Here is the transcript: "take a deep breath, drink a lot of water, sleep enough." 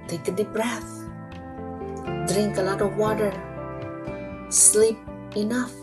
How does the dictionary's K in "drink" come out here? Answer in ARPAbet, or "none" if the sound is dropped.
K